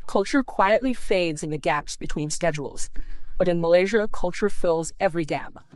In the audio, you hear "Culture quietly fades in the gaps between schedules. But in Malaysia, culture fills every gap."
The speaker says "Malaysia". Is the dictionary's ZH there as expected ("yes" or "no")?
yes